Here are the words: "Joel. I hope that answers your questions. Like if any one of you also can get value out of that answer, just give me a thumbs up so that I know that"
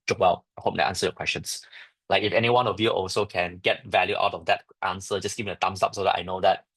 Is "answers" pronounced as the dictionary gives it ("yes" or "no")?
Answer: no